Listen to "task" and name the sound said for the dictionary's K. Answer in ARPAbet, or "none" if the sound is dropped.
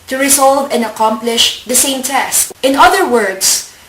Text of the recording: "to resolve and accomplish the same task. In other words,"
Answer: none